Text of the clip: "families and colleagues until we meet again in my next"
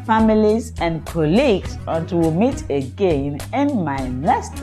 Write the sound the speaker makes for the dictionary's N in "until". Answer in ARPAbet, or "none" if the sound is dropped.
none